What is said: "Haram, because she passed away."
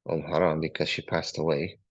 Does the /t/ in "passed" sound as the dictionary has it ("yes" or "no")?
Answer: yes